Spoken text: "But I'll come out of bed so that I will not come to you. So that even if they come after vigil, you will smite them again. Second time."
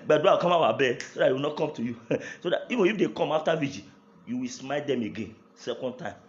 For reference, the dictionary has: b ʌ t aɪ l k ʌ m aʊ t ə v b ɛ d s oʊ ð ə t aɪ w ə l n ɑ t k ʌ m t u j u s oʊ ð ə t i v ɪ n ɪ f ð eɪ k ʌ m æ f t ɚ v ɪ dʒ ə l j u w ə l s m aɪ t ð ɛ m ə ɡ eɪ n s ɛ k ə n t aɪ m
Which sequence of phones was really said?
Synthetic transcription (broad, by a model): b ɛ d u w k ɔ m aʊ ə b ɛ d s oʊ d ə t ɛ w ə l n ɑ t k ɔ m t u j u s oʊ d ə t i v ɪ n ɪ f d eɪ k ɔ m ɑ f t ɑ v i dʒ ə j u w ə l s m aɪ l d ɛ m ə ɡ eɪ n s ɛ k ə n t aɪ m